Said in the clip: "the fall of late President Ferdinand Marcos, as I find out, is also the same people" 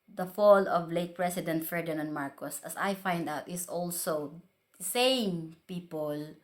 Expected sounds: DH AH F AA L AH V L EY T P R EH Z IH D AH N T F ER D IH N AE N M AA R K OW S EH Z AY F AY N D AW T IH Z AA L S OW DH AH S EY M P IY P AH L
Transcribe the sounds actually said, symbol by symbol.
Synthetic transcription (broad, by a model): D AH F AA L AH V L EY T P R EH S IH D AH N T F ER D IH N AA N M AA R K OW S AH S AY F AY N D AW T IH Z AA L S OW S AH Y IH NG P IY P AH L